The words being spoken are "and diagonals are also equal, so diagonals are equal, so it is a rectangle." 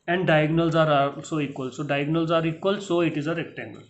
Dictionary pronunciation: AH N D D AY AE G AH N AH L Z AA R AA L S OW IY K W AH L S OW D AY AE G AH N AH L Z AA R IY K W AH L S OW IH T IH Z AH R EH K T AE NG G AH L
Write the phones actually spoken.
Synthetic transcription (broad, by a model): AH N D D AY G N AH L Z AA R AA S OW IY K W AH L S OW D AY G N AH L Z AA R IY K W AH L S OW IH T IH Z AH R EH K T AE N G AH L